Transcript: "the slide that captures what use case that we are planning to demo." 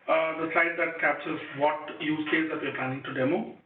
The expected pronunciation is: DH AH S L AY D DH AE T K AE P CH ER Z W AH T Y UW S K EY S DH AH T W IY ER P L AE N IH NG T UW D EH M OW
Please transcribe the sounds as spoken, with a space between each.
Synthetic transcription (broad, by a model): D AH S L AY D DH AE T K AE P S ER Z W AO T Y UW S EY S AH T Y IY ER P L AE N IH NG T UW D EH M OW